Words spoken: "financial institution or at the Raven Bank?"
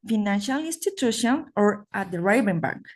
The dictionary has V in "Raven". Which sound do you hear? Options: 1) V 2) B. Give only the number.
2